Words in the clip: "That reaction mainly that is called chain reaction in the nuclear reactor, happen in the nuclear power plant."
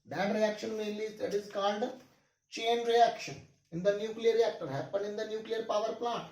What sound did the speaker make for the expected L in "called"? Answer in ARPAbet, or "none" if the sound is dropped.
N